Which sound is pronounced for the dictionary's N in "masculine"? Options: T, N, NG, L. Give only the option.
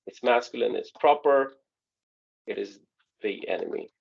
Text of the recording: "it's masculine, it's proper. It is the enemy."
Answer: N